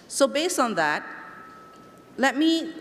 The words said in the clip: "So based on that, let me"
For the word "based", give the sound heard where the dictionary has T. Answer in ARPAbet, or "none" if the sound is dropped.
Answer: none